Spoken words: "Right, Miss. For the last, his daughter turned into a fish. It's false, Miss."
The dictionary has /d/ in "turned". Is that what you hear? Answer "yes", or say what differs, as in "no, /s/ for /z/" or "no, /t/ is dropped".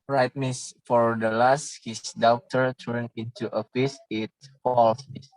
no, /d/ is dropped